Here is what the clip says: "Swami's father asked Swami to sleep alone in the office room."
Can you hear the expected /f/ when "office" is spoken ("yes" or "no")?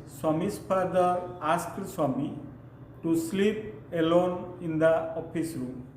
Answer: no